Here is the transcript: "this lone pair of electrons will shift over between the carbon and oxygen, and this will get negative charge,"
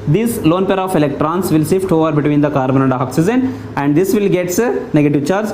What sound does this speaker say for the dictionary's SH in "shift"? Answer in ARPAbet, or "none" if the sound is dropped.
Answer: S